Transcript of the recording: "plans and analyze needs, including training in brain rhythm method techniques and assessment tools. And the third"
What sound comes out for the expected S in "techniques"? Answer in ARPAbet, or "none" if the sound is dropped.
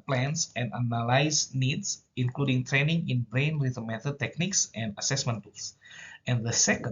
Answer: S